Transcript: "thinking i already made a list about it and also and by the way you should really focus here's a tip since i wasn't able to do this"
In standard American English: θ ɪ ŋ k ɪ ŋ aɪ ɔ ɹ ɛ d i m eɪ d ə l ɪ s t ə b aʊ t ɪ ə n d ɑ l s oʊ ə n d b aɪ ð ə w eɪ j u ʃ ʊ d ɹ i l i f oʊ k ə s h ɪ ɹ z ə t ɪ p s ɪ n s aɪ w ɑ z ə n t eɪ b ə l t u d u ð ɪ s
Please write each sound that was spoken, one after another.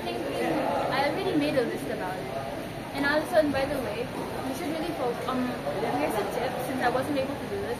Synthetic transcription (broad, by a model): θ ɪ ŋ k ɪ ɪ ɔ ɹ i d i m eɪ d ə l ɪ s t ə b aʊ t ɪ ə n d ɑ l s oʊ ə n b aɪ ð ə w eɪ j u ʃ ʊ d ɹ i l i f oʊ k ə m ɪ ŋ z ə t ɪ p s ɪ n s aɪ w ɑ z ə n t eɪ b ə l t u d u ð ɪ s